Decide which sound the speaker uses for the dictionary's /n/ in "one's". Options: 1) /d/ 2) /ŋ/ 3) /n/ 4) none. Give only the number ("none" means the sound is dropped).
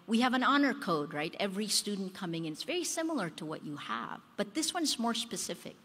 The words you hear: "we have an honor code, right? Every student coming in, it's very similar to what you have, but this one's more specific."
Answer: 3